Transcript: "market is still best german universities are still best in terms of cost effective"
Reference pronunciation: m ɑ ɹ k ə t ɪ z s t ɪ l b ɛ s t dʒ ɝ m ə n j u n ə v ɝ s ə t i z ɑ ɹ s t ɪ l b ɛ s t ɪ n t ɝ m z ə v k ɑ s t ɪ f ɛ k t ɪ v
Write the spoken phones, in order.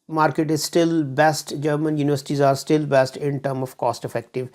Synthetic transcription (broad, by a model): m ɑ ɹ k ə t ɪ z s t ɪ l b ɛ s t dʒ ɝ m ə n j u n ə v ɝ s ə t i z ɑ ɹ s t ɪ l b ɛ s t ɪ n t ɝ m ə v k ɑ s t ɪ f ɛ k t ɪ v